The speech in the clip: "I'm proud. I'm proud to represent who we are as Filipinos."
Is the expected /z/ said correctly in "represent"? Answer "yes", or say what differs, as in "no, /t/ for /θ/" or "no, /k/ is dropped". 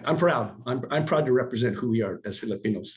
yes